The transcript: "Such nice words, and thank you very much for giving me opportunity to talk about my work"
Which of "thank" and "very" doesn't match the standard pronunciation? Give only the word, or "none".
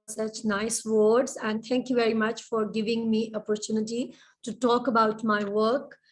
thank